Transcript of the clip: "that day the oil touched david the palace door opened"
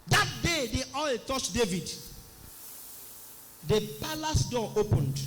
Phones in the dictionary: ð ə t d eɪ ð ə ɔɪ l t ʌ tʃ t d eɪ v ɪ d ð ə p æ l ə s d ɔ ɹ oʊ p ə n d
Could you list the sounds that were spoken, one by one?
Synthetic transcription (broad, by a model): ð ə t d eɪ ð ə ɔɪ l t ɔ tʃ d eɪ v ɪ d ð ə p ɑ l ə s d ɔ oʊ p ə n d